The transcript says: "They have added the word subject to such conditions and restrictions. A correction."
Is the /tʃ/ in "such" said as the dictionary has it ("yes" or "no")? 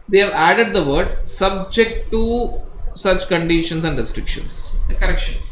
yes